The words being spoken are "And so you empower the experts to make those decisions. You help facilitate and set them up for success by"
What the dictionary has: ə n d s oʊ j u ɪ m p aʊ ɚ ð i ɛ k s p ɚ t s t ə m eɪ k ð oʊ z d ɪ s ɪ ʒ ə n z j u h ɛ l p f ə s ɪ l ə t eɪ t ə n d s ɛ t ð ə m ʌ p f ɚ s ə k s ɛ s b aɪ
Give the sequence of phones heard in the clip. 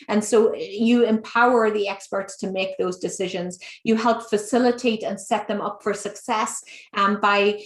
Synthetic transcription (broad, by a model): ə n s oʊ j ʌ ɪ m p aʊ ɚ ð i ɛ k s p ɚ t s t ə m eɪ k ð oʊ z d ɪ s ɪ ʒ ə n z j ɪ h ɛ l p f ə s ɪ l ə t eɪ t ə n s ɛ t ð ə m ʌ p f ɚ s ə k s ɛ s b aɪ